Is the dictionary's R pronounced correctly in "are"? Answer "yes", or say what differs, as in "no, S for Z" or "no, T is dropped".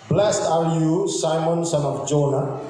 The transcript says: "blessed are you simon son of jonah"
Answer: no, L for R